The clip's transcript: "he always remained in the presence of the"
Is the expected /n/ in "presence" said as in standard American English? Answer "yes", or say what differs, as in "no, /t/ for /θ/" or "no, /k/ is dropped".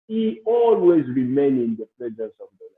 no, /n/ is dropped